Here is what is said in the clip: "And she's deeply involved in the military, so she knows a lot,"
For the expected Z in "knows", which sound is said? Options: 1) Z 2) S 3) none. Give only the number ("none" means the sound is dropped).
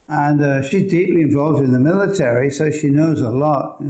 1